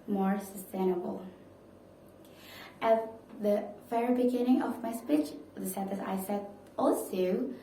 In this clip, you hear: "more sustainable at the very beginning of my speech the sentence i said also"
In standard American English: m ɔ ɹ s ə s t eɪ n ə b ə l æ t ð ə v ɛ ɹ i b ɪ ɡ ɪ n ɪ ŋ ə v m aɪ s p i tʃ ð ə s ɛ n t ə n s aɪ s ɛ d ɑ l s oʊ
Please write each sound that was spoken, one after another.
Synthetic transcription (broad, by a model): m ɔ ɹ s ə s t eɪ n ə b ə l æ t ð ə f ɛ ɹ b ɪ ɡ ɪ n ɪ ŋ ə v m aɪ s p i tʃ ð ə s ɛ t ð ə s aɪ s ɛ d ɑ l s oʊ